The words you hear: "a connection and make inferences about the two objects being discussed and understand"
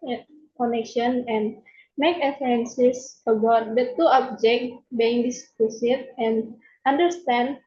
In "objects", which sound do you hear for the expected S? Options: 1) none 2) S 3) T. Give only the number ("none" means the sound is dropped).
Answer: 1